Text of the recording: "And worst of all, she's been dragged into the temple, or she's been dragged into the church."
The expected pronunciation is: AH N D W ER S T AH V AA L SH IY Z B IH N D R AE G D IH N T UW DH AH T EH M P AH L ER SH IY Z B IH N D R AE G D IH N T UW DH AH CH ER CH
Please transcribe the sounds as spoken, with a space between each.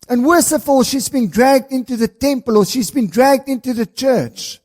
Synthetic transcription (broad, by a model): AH N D W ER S AH F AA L SH IY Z B IH N D R AE G D IH N T UW DH AH T EH M P AH L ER SH IY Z B IH N D R AE G D IH N T UW DH AH CH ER CH